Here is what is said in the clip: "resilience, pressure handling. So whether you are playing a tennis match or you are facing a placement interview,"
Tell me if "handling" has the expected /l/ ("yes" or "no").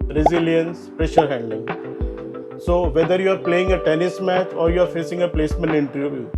no